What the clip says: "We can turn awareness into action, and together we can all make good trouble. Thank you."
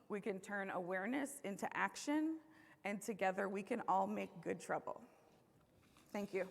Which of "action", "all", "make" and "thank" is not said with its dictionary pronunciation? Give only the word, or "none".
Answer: none